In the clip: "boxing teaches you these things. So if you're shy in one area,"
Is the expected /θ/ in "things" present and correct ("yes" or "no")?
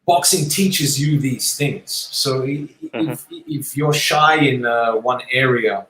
yes